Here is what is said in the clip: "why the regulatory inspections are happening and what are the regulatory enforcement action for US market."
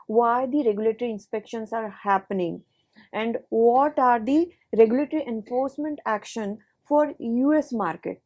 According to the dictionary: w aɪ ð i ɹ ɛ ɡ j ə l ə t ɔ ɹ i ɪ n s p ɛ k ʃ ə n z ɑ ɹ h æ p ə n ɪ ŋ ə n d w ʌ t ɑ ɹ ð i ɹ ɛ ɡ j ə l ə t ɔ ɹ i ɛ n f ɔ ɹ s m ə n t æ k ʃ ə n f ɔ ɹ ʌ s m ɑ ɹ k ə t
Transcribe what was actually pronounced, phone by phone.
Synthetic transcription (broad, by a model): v aɪ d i ɹ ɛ ɡ j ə l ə t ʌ ɹ i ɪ n s p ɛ k ʃ ə n s ɑ ɹ h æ p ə n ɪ ŋ ə n d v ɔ t ɑ ɹ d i ɹ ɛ ɡ j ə l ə t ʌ ɹ i ɛ n f ɔ ɹ s m ə n t æ k ʃ ə n f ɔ ɹ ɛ s m ɑ ɹ k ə t